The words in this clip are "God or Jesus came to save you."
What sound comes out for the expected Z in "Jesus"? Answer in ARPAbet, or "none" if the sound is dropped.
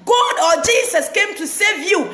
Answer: S